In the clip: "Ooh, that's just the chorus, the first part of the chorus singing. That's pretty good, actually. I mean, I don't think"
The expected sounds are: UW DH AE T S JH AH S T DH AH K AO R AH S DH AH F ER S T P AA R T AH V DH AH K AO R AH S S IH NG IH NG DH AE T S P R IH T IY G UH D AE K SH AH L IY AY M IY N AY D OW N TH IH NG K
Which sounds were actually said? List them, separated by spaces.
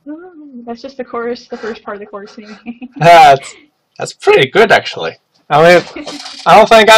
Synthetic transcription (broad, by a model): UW DH AE T S JH AH S T DH AH K AO R S DH AH F ER S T P AA R T AH V DH AH K AO R S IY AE IH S DH AE T S P R IH T IY G UH D AE K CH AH L IY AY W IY AY D OW N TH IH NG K